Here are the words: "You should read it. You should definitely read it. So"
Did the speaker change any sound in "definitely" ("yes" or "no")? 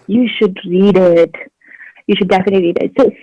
no